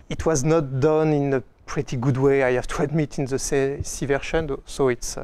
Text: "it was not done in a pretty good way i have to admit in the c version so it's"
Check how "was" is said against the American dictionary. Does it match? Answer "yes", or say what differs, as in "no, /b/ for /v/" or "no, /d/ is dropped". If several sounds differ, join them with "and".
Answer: yes